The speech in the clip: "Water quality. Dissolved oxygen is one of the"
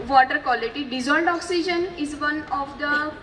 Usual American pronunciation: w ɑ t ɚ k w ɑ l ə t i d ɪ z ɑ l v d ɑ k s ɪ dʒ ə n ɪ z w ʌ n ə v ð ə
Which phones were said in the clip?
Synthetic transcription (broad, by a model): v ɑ t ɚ k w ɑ l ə t i d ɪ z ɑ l d ɑ k s ɪ dʒ ə n ɪ z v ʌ n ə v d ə